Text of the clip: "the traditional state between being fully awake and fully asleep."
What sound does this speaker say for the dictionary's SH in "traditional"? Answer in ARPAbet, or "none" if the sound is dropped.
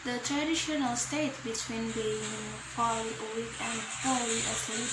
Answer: SH